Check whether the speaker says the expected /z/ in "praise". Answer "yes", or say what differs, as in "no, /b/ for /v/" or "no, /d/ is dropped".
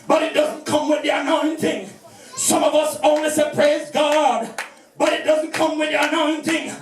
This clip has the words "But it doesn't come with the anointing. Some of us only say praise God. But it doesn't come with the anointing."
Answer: yes